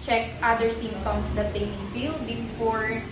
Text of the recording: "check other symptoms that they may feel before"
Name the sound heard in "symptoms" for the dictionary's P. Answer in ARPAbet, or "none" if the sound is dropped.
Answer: none